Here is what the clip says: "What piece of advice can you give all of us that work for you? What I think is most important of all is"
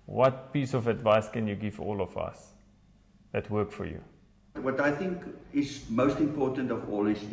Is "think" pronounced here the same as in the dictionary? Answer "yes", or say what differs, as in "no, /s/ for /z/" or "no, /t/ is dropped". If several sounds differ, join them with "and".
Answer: yes